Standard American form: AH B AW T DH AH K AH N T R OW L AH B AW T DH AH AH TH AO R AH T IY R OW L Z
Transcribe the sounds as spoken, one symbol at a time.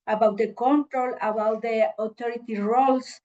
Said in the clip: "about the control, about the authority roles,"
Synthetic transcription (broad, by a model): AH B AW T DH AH K AH N T R OW L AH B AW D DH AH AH T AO R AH T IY R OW L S